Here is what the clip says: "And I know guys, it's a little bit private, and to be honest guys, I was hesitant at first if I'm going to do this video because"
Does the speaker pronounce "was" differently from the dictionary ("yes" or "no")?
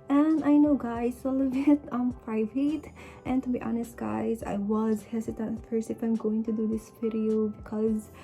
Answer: no